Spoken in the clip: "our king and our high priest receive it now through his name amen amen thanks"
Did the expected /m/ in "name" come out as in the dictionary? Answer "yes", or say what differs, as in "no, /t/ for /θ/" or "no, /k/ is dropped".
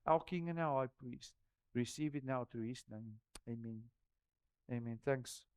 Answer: yes